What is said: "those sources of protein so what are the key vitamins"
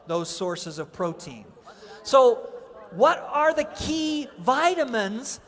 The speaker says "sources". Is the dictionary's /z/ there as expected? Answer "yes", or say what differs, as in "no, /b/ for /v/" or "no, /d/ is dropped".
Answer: yes